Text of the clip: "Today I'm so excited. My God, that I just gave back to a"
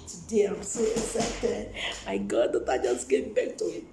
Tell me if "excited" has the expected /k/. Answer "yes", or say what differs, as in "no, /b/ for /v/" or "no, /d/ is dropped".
no, /k/ is dropped